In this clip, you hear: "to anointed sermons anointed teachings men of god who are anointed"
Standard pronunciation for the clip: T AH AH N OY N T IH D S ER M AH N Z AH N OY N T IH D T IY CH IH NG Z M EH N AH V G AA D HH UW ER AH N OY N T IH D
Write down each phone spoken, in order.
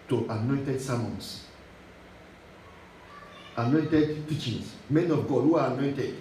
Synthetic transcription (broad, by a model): T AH AH N OY N T IH D S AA M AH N S AH N OY N T IH D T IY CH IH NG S M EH N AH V G AA D HH UW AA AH N OY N T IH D